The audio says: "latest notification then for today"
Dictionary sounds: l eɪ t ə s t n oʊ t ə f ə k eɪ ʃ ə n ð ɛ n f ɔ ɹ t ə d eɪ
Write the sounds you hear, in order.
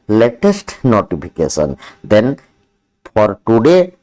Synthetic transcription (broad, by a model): l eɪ t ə s t n oʊ t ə p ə k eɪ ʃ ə n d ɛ n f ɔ ɹ t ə d eɪ